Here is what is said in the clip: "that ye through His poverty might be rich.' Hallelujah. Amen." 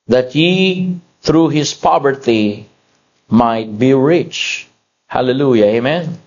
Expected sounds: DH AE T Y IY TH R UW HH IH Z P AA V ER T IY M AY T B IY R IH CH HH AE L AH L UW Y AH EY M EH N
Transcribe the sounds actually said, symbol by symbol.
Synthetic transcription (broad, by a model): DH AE T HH IY TH R UW HH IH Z P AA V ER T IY M AY T B IY R IH CH HH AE L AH L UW Y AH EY M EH N